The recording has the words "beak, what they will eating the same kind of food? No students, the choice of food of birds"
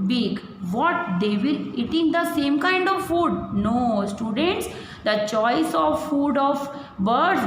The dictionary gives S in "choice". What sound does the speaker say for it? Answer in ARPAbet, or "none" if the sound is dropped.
S